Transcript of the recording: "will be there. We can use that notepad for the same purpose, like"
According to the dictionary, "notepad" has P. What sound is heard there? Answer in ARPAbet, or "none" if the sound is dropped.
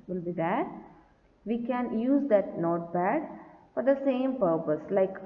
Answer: B